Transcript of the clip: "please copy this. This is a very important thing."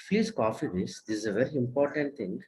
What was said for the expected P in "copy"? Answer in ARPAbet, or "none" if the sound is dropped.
F